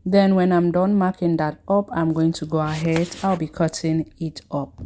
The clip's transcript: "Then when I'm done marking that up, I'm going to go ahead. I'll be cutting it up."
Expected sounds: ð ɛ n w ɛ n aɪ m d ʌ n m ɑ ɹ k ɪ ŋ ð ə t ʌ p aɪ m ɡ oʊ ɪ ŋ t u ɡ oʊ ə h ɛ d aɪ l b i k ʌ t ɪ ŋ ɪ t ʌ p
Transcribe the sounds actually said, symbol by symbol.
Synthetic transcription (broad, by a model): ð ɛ n w ɛ n aɪ m d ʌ n m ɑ k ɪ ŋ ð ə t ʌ p aɪ m ɡ oʊ ɪ ŋ t u ɡ oʊ ə h ɛ d aɪ l b i k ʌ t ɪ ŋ ɪ t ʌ p